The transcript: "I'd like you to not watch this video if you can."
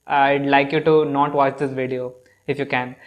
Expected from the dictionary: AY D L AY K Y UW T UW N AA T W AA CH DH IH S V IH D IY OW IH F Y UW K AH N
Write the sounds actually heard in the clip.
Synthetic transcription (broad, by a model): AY D L AY K Y UW T UW N AA T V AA CH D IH S V IH D IY OW IH F Y UW K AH N